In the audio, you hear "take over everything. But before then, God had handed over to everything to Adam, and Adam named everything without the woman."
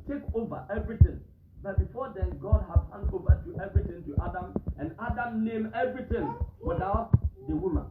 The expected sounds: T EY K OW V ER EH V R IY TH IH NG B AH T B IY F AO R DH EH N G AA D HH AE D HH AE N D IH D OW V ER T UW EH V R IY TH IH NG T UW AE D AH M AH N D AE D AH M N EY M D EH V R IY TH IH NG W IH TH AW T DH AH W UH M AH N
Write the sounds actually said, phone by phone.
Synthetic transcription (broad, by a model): T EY K OW V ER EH V R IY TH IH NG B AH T B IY F AO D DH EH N G AA D HH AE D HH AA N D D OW V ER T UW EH V R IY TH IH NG T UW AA D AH M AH N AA D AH M N EY M EH V R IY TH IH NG W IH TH AW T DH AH W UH M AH N